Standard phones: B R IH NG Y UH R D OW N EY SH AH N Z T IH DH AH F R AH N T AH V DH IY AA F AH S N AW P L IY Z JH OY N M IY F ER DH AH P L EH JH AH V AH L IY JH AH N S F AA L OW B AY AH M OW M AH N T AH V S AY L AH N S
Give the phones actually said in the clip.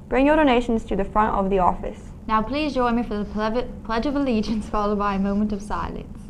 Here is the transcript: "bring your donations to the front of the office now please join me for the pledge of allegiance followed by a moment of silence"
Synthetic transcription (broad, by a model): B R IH NG Y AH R D OW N EY SH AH N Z T IH DH AH F R AH N T AH V DH IY AA F AH S N AW P L IY Z JH OY N M IY F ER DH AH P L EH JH AH V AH L IY JH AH N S F AA L OW B AY AH M OW M AH N T AH V S AY L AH N S